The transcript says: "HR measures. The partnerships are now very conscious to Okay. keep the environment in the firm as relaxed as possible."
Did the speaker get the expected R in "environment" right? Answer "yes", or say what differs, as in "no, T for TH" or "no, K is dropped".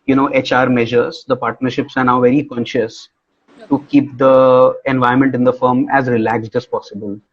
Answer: no, R is dropped